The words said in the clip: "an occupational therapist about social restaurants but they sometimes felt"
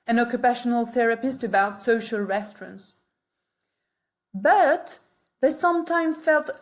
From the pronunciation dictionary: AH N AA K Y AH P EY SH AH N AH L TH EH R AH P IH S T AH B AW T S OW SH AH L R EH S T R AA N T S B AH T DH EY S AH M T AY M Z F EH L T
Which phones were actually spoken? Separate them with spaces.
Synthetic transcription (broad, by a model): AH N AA K Y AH P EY SH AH N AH L TH EH R AH P IH S T AH B AW T S OW SH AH L R EH S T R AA N T S B AH T DH EY S AH M T AY M Z F EH L T